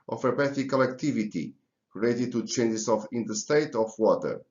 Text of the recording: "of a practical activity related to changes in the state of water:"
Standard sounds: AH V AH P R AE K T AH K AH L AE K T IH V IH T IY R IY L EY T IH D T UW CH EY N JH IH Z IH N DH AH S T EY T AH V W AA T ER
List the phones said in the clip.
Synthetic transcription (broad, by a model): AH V AH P EH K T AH K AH L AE K T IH V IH T IY R IY L EY T IH D T UW CH EY N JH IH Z IH N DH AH S T EY T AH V W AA T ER